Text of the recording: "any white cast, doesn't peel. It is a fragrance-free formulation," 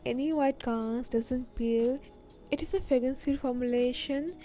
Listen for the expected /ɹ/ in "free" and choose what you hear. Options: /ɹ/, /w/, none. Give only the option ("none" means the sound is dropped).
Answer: none